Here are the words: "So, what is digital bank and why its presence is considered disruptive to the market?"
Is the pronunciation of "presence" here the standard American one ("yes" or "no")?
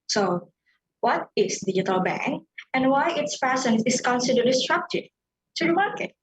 no